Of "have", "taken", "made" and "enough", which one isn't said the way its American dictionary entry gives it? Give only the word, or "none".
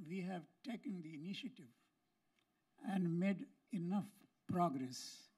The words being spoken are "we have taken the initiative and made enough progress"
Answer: none